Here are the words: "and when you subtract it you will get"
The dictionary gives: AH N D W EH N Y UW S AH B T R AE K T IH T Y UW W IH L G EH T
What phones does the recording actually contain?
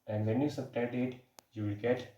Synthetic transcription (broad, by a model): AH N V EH N Y UW S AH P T EH T IH T Y UW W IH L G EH T